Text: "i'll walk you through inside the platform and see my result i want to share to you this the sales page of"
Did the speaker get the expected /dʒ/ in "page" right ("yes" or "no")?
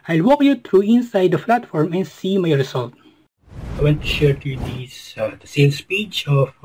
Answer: no